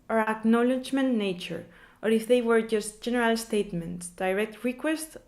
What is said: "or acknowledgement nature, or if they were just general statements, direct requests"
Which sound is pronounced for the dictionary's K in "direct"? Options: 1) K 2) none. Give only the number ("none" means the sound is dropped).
1